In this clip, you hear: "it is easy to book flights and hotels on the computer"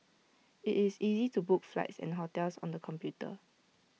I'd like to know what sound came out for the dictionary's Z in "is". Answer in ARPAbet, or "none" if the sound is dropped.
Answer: S